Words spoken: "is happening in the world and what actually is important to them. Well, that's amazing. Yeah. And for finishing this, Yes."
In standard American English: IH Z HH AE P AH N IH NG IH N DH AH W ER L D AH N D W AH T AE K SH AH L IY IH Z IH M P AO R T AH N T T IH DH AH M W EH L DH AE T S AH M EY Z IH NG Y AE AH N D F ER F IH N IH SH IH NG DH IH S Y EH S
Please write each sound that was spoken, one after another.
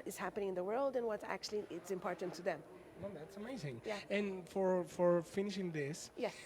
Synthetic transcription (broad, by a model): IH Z HH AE P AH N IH NG IH N DH AH W ER L D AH N W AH T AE K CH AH L IY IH S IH M P AO R T N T T IH DH AH M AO DH AE T S AH M EY Z IH NG Y AE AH N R F ER F IH N IH SH IH NG DH IH S Y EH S